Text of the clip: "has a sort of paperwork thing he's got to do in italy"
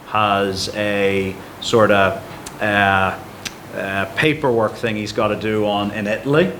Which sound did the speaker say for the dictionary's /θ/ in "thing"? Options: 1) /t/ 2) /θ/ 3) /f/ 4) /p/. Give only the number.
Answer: 2